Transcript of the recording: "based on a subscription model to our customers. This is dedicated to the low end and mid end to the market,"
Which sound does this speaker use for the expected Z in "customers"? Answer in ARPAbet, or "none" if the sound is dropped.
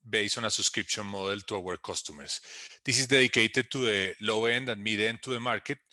S